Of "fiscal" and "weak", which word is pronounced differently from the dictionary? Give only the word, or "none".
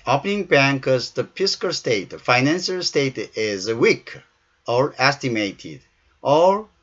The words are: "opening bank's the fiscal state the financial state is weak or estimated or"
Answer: fiscal